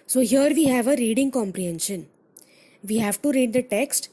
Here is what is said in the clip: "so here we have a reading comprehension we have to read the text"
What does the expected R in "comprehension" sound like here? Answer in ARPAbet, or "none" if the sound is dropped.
R